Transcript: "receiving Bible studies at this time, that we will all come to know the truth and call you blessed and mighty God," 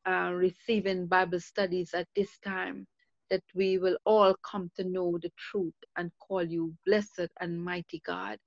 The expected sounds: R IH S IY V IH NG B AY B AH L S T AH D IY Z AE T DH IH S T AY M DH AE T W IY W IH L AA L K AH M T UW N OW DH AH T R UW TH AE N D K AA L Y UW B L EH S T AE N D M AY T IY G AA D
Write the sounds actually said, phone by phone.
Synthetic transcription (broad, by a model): R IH S IY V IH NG B AY B AH L S T AH D IY Z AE T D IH S T AY M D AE T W IY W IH L AA L K AH M T UW N OW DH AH T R UW T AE N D K AA L Y UW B L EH S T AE N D M AY T IY G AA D